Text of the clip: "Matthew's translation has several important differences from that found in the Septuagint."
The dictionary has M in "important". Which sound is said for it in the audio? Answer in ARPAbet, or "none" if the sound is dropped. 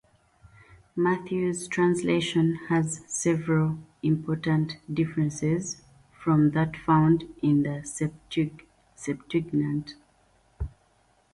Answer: M